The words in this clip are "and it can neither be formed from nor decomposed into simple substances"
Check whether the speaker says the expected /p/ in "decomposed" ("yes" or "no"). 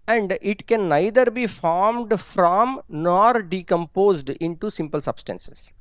yes